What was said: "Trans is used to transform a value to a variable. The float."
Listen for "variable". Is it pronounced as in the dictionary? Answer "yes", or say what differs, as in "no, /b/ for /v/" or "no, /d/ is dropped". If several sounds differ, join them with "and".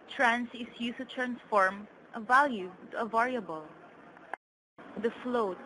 yes